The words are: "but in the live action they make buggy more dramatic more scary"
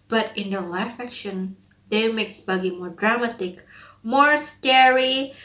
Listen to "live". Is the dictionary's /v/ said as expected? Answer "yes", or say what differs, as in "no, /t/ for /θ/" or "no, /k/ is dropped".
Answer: no, /f/ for /v/